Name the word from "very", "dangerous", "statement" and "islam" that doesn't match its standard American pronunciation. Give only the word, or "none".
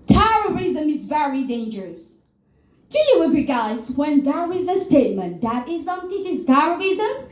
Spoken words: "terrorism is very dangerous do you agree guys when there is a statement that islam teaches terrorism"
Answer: islam